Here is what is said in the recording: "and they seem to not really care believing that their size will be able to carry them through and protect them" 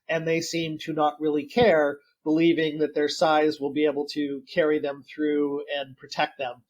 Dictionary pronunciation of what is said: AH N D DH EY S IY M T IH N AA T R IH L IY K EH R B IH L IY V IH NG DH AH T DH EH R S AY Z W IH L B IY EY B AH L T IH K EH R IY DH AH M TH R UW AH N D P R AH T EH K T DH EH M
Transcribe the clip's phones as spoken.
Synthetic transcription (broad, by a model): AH N DH EY S IY M T IH N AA T R IH L IY K EH R B IH L IY V IH NG DH AH T DH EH R S AY Z W IH L B IY EY B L T IH K EH R IY DH AH M TH R UW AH N P R AH T EH K T DH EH M